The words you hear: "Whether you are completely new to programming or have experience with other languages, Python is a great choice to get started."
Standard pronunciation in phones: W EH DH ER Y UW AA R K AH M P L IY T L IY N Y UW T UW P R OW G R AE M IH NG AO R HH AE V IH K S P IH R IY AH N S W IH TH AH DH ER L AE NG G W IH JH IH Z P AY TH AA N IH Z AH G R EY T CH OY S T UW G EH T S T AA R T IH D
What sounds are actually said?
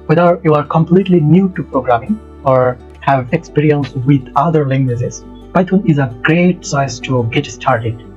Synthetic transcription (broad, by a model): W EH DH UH Y UW AA R K AH M P L IY T L IY N Y UW T UW P R OW G R AE M IH NG AO R HH AE V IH K S P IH R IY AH N S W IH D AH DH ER L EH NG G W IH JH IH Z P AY T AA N IH Z AH G R EY T S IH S T UW G EH T S T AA R T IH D